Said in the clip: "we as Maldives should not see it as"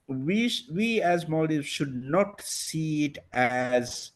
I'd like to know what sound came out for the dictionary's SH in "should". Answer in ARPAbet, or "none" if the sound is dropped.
SH